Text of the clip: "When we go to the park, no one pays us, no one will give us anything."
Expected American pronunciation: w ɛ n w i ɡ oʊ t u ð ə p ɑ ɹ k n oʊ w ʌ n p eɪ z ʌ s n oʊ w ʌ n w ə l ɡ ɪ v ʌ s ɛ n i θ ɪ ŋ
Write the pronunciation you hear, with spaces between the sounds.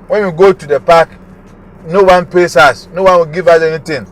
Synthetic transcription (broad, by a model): w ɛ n w i ɡ oʊ t u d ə p ɑ k n oʊ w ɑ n p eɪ s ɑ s n oʊ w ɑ n w ə l ɡ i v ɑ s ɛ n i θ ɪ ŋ